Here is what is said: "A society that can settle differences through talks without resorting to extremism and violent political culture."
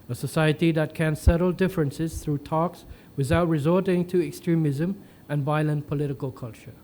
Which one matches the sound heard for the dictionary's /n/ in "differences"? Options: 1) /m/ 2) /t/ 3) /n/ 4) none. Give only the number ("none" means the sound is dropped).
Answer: 3